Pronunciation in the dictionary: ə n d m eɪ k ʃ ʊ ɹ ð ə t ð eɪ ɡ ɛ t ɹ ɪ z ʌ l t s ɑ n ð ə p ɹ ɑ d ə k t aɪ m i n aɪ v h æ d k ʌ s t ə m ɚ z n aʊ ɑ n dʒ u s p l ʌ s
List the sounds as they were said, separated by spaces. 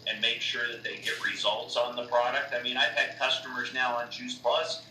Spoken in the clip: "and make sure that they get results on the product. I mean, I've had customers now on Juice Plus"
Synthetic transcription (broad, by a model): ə n m eɪ k ʃ ʊ ɹ ð ə t ð eɪ ɡ ɛ t ɹ ɪ z ʌ l t s n ð ə p ɹ ɑ d ə k t aɪ m i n aɪ v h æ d k ʌ s t ə m ɚ z n aʊ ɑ n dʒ u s p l ʌ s